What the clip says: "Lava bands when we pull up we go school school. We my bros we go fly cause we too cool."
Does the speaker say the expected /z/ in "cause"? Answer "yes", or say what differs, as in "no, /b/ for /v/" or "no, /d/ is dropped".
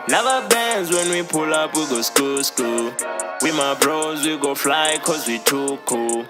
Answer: yes